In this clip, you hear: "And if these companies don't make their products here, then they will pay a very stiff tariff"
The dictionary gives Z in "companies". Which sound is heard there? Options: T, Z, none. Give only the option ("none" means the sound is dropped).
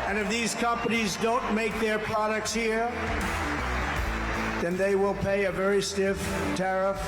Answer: Z